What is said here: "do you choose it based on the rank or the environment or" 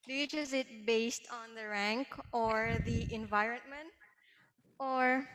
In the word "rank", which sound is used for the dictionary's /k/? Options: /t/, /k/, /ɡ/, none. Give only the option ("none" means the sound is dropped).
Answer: /k/